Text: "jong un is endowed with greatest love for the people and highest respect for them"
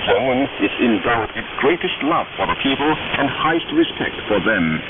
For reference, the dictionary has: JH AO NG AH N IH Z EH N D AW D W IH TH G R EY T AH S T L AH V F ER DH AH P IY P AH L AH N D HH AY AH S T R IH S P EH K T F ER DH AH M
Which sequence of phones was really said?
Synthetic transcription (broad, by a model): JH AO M AH N IH Z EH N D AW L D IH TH G R EY T AH S T L AH V F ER DH AH P IY P AH L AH N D HH AY AH S T R IH S P EH K T F ER DH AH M